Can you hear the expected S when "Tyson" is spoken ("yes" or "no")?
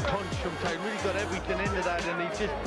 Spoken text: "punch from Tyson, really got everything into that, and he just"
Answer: no